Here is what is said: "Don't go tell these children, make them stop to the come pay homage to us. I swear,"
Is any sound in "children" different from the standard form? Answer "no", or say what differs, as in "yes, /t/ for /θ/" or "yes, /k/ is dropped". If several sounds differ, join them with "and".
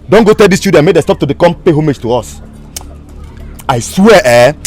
yes, /ɹ/ is dropped